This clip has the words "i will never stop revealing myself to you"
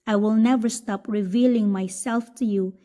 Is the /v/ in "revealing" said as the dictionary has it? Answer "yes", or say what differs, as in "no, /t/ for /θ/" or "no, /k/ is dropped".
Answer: yes